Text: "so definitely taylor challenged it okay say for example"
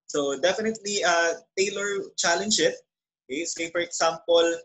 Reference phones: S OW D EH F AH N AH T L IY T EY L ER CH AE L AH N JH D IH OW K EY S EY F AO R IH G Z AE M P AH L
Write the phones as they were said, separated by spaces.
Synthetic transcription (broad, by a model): S OW D EH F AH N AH T L IY T EY L ER CH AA L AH N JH IH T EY S EY F AO R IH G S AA M P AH L